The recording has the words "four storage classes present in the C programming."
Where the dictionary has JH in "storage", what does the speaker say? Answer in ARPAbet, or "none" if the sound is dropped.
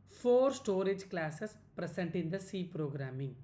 JH